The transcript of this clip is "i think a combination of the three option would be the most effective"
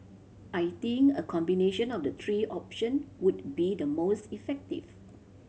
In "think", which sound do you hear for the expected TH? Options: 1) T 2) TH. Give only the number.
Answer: 1